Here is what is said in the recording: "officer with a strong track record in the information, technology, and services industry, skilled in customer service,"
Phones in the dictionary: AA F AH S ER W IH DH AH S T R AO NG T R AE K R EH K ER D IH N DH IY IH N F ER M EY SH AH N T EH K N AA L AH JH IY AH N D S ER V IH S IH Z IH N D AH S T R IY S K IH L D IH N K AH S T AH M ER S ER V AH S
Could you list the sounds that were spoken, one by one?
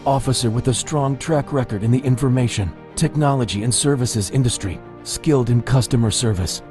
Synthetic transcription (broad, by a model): AA F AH S ER W IH DH AH S T R AO NG T R AE K R EH K ER D IH N DH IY IH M F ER M EY SH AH N T EH K N AA L AH JH IY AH N S ER V IH S IH Z IH N D AH S T R IY S K IH L D IH N K AH S T AH M ER S ER V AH S